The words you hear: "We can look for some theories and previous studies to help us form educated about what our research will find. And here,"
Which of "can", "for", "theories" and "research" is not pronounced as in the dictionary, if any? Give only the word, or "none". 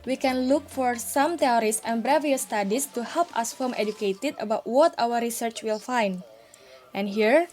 theories